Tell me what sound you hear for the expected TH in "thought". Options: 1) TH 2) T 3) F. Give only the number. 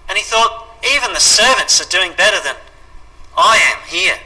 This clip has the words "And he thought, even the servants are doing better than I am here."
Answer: 1